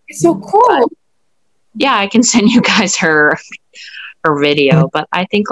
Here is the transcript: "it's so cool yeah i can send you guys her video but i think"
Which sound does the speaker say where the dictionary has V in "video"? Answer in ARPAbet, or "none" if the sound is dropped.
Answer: V